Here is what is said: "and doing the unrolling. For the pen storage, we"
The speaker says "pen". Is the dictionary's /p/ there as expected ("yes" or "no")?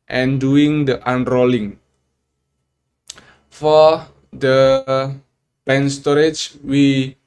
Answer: no